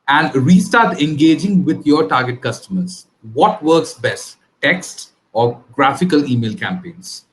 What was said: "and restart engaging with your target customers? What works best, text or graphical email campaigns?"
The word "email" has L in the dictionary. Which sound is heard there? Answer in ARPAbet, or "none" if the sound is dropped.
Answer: L